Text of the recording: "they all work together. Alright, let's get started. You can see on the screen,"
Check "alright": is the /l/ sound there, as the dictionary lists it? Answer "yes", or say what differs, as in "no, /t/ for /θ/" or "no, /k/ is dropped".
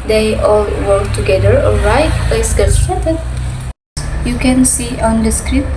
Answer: no, /l/ is dropped